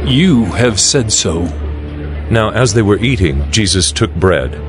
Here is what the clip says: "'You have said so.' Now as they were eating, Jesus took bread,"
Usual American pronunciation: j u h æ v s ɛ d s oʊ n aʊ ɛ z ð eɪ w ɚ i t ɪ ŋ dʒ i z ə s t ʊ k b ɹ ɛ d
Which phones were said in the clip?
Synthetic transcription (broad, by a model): j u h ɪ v s ɛ d s oʊ n aʊ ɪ z ð eɪ w ɚ i t ɪ ŋ dʒ i z ə s t ʊ k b ɹ ɛ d